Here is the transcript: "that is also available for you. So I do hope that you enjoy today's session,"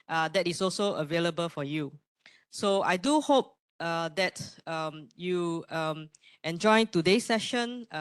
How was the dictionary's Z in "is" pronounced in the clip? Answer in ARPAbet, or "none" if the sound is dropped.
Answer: S